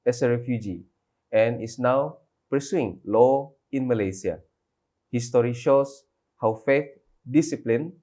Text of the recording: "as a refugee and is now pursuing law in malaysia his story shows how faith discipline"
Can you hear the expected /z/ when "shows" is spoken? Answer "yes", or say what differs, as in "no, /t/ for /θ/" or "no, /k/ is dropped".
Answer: no, /s/ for /z/